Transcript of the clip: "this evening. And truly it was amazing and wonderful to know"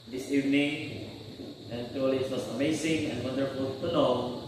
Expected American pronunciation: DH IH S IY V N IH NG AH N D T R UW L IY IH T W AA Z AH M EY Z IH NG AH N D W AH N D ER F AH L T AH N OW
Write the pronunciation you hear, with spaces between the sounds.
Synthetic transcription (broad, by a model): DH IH S IY V N IH NG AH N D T UW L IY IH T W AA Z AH M EY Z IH NG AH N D W AH N D ER F AH L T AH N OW